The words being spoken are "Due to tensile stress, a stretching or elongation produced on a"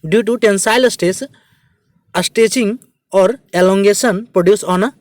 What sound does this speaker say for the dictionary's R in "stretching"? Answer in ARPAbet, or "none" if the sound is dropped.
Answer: none